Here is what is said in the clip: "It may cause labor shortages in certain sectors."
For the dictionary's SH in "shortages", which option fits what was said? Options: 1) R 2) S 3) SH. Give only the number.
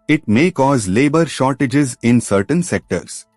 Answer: 3